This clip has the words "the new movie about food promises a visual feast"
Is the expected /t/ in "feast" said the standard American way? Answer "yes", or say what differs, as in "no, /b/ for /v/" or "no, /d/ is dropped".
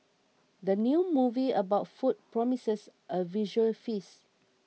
no, /t/ is dropped